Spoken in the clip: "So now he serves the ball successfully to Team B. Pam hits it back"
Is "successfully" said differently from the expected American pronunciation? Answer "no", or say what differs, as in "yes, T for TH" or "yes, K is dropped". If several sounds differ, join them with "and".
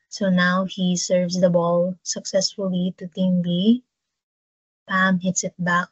no